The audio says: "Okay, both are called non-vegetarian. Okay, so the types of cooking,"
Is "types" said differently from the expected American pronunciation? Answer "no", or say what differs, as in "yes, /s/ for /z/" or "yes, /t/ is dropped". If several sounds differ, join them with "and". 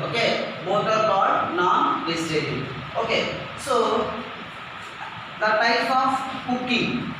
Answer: yes, /p/ is dropped